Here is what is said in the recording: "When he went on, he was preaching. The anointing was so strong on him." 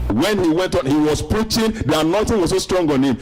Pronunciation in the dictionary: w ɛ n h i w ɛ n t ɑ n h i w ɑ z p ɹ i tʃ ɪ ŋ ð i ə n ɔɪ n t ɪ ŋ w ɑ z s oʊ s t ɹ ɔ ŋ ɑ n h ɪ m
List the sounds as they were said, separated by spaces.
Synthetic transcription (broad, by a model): w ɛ n h i w ɛ n t ɑ n h i w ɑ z p ɹ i tʃ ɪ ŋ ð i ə n ɔɪ n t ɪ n w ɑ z s oʊ s t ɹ ɔ ŋ ɑ n h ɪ m